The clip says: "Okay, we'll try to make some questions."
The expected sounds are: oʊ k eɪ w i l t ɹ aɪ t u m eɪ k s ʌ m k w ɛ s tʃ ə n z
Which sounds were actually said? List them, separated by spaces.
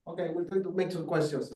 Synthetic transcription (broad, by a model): oʊ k eɪ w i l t aɪ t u m eɪ k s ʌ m k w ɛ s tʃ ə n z